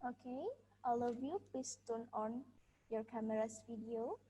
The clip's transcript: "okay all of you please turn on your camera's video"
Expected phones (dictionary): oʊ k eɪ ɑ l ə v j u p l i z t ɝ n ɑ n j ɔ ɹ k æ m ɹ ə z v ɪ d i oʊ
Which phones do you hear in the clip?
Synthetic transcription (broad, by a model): oʊ k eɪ ɑ l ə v j u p i s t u n ɑ n j ɔ ɹ k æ m ɹ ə s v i d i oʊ